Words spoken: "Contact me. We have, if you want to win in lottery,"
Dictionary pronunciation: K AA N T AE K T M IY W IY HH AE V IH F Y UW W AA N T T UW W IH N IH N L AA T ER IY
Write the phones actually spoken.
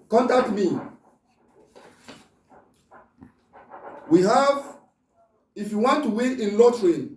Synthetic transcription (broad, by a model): K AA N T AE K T M IY W IY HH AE V IH F Y UW W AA N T T UW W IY IH N L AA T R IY